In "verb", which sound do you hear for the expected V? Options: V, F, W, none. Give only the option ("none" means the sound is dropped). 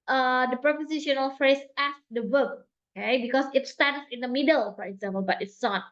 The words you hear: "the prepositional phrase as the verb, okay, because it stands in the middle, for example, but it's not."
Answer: W